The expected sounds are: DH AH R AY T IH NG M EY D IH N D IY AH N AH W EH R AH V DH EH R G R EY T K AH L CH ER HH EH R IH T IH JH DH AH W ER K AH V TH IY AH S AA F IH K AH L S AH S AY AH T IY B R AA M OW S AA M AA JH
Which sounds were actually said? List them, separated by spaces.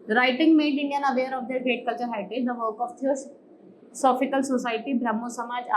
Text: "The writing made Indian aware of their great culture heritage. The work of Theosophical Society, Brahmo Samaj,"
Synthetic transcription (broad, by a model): R AY T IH NG M EY D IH N D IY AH N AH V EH R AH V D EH R G R EY T K AH L CH ER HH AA IH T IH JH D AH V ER K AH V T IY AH S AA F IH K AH L S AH S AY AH T IY B R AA M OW S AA M AA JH